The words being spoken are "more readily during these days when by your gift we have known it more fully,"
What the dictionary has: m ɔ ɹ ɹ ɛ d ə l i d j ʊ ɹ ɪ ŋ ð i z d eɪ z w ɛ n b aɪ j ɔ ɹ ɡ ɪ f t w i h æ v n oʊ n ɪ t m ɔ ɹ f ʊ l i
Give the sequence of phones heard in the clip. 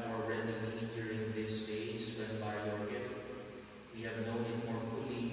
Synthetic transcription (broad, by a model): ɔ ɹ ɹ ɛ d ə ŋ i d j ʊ ɹ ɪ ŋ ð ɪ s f eɪ s w ɛ n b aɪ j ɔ ɹ ɡ ɪ f t w i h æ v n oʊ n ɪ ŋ m ɔ ɹ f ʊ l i